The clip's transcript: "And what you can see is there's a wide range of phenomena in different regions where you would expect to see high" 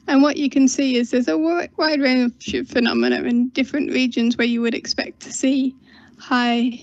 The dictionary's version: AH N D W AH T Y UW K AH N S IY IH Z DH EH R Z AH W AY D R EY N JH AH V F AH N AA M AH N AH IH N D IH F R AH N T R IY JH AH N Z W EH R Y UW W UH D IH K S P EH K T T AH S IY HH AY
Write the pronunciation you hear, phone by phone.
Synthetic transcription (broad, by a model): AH N W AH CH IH K AH N S IY IH Z DH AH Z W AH W AY D R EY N SH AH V F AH N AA M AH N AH IH N D IH F R AH N T R IY JH AH N Z W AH R Y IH W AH D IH K S P EH K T T AH S IY HH AY